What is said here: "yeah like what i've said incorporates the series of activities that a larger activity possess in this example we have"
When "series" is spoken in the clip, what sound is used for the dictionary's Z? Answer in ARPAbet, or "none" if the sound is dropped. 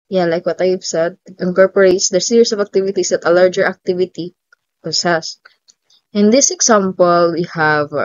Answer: S